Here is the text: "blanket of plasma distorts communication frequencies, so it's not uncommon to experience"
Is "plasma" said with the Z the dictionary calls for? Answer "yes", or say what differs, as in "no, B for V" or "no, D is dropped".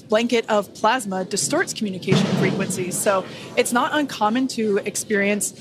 yes